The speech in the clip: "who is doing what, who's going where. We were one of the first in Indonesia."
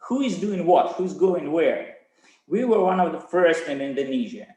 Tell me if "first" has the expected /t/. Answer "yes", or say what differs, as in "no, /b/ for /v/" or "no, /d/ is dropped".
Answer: yes